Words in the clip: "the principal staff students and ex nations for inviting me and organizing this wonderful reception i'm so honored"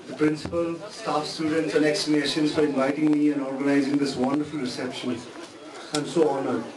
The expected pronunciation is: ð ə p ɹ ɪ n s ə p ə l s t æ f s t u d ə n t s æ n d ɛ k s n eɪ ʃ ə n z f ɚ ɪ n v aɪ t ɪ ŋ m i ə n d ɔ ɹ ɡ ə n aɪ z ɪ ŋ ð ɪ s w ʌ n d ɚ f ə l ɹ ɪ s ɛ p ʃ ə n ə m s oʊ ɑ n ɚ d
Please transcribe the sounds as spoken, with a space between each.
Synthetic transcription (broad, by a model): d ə p ɹ ɪ n s ə p ə l s t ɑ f s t u d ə n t s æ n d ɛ k s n eɪ ʃ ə n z f ɚ ɪ n v aɪ t ɪ ŋ m i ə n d ɔ ɹ ɡ ə n aɪ z ɪ ŋ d ɪ s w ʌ n d ɚ f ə l ɹ ɪ s ɛ p ʃ ə n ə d s oʊ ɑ n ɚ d